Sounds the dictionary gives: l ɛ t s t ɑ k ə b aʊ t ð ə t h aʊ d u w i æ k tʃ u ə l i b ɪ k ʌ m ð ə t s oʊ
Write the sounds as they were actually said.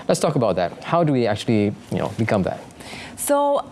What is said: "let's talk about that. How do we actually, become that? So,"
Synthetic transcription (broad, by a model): l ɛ t s t ɑ k ə b aʊ t ð ə t h aʊ d u w i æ k tʃ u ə n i b ɪ k ʌ m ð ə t s oʊ